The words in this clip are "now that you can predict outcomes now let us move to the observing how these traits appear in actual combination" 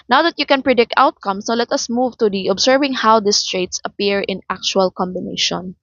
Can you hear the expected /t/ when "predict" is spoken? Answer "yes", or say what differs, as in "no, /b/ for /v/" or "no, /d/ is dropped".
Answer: yes